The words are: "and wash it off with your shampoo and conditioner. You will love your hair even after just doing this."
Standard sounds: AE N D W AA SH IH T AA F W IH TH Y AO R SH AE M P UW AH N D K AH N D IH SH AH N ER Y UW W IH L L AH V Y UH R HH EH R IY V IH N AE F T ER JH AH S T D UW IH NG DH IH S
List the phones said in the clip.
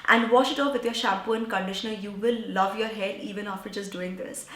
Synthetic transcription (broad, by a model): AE N D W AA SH IH T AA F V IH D Y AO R SH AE P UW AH N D K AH N D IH SH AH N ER Y UW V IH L L AH V Y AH R HH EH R IY V IH N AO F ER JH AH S D UW IH NG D IH S